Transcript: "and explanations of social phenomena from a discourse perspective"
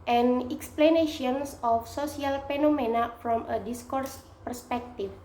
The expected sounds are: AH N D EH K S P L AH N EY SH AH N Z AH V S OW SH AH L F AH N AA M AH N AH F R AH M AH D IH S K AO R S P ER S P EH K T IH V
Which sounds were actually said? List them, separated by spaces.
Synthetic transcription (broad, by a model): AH N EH K S P L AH N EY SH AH N S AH F S OW S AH L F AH N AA M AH N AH F R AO M AH D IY S K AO R S P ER S P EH K T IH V